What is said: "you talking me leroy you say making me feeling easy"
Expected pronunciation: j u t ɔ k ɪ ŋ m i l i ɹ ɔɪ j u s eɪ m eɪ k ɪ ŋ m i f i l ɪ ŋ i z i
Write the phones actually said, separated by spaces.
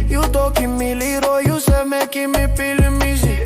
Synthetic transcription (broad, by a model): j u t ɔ k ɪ m i l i ɹ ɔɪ j u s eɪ m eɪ k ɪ m i p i l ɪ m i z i